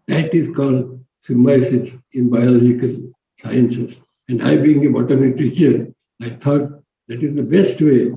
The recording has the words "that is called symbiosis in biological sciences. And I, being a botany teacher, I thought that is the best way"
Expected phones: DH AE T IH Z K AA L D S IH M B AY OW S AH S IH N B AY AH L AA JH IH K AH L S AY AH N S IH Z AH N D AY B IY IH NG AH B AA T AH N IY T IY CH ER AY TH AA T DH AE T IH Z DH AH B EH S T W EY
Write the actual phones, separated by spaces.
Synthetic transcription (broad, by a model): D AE T IH Z K AA L D S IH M AY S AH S IH N B AY AH L AA JH IH K AH L S AY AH N S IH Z AH N D AY B IY IH NG AH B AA T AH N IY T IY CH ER AY T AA T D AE T IH Z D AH B EH S T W EY